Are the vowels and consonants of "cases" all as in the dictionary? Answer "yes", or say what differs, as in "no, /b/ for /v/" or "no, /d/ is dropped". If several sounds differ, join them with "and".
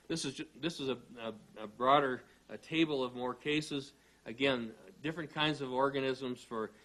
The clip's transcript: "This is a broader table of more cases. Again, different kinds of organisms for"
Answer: yes